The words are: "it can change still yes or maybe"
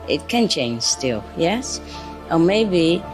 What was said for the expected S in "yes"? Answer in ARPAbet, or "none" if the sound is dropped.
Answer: S